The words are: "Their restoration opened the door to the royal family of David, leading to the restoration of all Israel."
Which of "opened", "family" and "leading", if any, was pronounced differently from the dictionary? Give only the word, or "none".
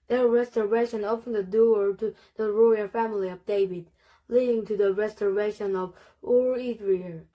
opened